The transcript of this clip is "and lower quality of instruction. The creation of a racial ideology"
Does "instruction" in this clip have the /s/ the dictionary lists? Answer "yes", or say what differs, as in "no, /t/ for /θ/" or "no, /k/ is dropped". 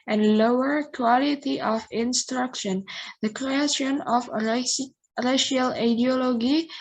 yes